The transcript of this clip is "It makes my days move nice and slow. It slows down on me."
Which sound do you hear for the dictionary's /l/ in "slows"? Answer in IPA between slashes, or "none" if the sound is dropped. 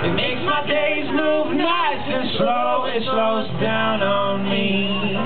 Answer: /l/